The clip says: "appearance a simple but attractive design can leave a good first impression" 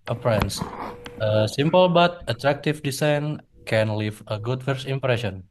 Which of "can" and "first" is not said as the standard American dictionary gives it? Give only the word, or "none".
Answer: first